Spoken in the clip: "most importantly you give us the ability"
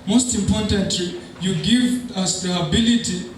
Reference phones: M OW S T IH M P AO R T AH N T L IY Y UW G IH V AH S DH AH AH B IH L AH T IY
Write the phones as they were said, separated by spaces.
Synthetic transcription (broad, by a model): M OW S T IH M P AO R T AH N T L IY Y UW G IH V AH S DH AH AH B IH L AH T IY